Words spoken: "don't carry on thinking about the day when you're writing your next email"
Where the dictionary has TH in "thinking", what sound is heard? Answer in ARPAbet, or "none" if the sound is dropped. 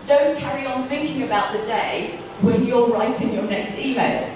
TH